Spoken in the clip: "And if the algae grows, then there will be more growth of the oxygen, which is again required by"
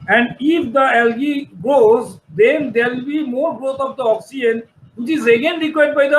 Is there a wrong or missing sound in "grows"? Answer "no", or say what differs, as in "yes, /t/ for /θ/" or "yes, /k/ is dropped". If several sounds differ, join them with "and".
yes, /ɹ/ is dropped